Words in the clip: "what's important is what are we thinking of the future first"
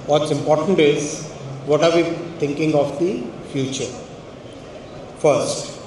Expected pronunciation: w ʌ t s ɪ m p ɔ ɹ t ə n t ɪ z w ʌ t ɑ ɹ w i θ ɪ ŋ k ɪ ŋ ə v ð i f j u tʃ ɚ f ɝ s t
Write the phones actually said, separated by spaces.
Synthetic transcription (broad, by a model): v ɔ t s ɪ m p ɔ ɹ t ə n t ɪ z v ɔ t ɑ ɹ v i t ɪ ŋ k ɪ ŋ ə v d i f j u tʃ ɚ f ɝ s t